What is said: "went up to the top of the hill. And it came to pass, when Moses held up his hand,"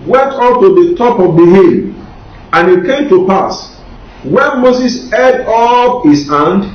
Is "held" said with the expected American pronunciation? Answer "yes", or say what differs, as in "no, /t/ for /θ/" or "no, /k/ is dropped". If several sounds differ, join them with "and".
no, /l/ is dropped